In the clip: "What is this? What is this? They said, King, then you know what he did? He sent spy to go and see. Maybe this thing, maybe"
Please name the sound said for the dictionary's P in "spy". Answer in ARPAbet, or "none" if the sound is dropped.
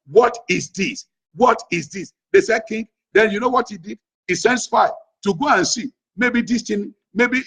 F